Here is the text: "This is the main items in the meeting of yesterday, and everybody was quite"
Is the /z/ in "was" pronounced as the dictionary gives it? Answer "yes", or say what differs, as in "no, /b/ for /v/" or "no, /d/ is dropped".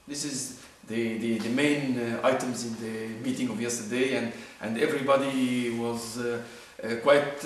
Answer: yes